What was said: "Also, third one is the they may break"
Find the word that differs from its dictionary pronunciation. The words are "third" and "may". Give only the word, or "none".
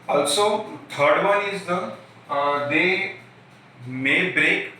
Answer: third